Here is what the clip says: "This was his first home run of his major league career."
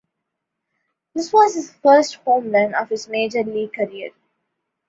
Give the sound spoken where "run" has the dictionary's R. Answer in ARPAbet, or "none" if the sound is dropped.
L